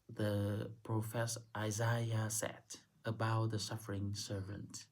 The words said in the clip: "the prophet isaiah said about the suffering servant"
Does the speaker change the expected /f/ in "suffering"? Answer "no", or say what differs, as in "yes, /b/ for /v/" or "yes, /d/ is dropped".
no